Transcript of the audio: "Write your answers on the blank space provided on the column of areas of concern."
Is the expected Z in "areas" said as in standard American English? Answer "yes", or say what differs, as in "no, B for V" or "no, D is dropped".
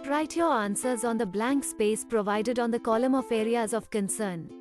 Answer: yes